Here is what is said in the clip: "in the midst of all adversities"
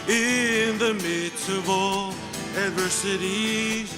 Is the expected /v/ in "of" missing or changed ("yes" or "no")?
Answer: no